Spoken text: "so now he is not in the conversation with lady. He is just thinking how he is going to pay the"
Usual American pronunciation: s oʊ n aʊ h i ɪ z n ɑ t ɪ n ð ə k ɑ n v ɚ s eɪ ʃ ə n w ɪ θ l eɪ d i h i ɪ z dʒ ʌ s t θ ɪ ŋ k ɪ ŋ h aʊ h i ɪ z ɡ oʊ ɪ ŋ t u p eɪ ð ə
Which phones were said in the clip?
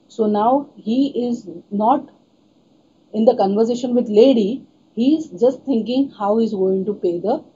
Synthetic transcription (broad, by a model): s oʊ n aʊ h i ɪ z n ɑ t ɪ n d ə k ɑ n v ɚ s eɪ ʃ ə n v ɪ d l eɪ d i h i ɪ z dʒ ʌ s t t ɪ ŋ k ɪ ŋ h aʊ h i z ɡ oʊ ɪ ŋ t u p eɪ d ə